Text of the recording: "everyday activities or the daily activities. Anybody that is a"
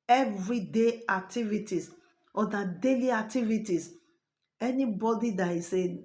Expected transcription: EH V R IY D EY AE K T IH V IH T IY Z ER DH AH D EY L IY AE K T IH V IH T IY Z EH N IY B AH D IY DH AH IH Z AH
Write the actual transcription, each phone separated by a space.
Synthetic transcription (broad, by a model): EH V R IY D EY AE K T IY V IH T IY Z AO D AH D EY L IY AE K T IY V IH T IY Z EH N IY B AH D IY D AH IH S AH